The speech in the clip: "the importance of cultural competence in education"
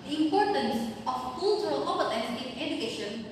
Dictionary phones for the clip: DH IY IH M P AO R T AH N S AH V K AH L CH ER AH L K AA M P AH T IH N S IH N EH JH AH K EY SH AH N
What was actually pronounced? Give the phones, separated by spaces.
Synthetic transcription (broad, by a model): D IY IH M P AO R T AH N S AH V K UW L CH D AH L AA P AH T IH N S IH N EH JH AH K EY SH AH N